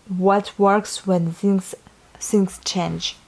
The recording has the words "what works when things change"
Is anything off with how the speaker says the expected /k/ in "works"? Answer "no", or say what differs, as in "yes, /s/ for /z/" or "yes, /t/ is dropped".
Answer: no